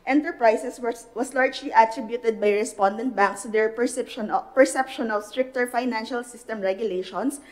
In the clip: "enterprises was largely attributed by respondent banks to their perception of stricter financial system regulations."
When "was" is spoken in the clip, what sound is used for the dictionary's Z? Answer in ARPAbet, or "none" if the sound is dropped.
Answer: S